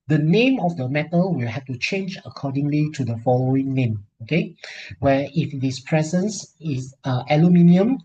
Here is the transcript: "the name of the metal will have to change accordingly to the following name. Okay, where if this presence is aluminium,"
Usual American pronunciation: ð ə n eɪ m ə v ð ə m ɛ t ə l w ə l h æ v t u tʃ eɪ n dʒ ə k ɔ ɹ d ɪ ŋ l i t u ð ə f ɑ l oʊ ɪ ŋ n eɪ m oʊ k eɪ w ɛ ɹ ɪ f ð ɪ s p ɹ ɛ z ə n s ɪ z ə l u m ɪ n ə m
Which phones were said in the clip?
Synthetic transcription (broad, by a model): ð ə n eɪ m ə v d ə m ɛ t ə l w ə l h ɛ f t u tʃ eɪ n dʒ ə k ɔ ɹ d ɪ ŋ l i t u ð ə f ɑ l oʊ ɪ ŋ n eɪ m oʊ k eɪ w ɛ ɪ f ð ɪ s p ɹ ɛ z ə n s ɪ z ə l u m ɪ n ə m